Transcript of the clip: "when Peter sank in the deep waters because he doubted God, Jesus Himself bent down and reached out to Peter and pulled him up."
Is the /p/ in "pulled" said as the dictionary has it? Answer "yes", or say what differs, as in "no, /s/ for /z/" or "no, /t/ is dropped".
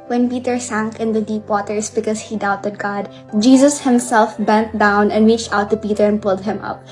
yes